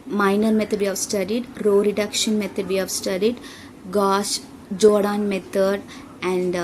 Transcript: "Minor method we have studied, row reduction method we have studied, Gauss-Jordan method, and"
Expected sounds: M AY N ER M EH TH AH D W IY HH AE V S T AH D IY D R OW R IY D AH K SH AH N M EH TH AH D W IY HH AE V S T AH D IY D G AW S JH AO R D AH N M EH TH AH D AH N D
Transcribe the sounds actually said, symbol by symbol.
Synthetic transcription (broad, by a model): M AY N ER M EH T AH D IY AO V S T AH D IY D R OW R IY D AH K SH AH N M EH T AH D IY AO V S T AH D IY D G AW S JH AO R D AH N M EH T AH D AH N D